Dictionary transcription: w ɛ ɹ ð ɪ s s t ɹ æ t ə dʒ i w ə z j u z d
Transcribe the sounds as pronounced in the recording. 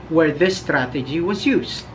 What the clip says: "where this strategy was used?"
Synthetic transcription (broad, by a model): w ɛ ɹ ð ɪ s s t ɹ æ t ə dʒ i w ə z j u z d